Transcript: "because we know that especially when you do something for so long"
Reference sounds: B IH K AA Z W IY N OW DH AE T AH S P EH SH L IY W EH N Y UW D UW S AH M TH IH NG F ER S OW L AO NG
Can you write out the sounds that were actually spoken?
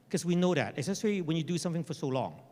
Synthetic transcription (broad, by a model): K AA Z W IY N OW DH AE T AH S EH S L IY W EH N Y UW D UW S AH M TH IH NG F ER S OW L AO NG